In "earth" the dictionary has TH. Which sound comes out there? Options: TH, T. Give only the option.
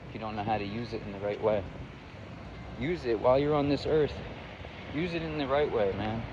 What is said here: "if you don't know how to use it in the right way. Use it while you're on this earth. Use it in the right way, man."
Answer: TH